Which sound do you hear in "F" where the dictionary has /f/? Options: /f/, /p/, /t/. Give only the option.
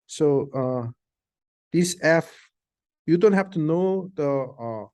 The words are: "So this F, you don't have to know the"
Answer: /f/